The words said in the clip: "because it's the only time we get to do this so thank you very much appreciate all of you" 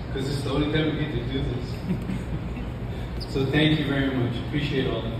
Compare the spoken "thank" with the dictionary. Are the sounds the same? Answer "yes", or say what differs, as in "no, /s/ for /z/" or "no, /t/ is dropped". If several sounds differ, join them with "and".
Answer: yes